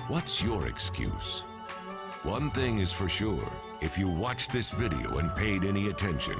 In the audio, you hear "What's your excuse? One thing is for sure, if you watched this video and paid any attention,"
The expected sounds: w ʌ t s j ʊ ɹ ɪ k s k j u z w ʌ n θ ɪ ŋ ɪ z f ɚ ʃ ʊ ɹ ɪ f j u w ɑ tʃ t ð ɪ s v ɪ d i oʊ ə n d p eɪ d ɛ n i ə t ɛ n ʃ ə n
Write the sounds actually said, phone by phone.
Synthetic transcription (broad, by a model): w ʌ t s j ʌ ɹ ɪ k s k j u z w ʌ n θ ɪ ŋ ɪ z f ɚ ʃ ʊ ɹ ɪ f j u w ɑ tʃ ð ɪ s v ɪ d i oʊ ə n p eɪ d ɛ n i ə t ɛ n ʃ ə n